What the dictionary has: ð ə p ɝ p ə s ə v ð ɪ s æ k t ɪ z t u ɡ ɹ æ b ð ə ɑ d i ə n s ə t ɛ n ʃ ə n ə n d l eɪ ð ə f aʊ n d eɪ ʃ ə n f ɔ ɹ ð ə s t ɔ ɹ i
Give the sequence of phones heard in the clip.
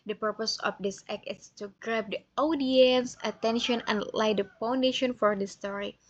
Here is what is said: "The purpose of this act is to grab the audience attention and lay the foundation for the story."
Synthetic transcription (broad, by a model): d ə p ɝ p ə s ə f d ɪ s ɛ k ɪ s t u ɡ ɹ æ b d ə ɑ d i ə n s ə t ɛ n ʃ ə n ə n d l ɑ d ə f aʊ n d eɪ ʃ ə n f ɔ ɹ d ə s t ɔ ɹ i